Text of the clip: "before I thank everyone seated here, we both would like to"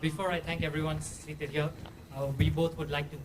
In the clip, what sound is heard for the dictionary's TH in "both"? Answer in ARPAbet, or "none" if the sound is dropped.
T